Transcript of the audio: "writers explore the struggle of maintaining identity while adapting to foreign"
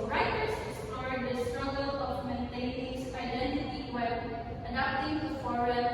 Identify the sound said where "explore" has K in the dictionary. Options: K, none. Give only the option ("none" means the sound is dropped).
none